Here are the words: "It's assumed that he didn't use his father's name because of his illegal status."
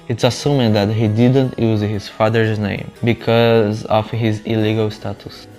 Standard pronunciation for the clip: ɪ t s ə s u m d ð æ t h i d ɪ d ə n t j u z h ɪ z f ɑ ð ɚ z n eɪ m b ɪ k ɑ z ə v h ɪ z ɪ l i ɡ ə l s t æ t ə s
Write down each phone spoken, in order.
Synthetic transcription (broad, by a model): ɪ t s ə s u m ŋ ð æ t h i d ɪ d ə n t j u z h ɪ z f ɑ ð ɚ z n eɪ m b ɪ k ɑ z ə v h ɪ z ɪ l i ɡ ə l s t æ t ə s